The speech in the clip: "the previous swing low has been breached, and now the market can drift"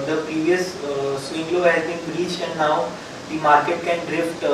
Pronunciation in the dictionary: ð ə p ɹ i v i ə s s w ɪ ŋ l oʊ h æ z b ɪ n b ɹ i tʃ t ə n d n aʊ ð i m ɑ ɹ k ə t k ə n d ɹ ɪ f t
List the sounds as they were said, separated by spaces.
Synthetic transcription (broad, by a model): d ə p ɹ i v i ə s s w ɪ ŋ l oʊ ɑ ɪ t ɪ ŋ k ɹ i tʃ ə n n aʊ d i m ɑ ɹ k ə t k ə n d ɹ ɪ f t